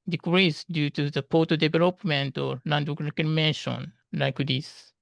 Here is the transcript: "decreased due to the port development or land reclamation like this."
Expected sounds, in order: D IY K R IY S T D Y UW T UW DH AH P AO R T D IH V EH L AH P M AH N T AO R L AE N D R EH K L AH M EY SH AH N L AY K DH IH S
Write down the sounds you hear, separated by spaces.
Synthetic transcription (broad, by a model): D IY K R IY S D Y UW T UW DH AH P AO T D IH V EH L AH P M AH N T AO R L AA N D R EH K AH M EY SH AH N L AY K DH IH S